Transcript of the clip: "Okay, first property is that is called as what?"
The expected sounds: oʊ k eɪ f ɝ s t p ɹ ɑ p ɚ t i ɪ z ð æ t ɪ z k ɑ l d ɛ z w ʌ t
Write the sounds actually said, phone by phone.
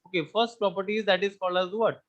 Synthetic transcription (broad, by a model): oʊ k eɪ f ɝ s t p ɹ ɑ p ɚ t i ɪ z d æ t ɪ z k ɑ l ʌ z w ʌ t